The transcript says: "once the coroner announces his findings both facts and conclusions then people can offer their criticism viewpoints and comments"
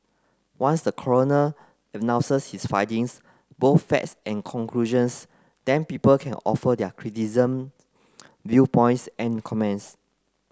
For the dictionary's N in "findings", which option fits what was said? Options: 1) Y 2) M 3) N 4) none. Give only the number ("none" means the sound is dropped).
4